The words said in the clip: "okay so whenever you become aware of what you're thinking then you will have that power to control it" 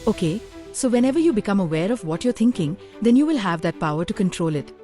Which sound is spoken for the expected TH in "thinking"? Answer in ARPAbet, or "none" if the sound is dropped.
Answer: T